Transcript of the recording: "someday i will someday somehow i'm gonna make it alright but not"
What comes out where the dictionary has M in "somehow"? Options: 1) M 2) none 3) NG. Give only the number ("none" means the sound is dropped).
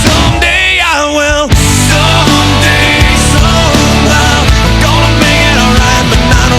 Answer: 2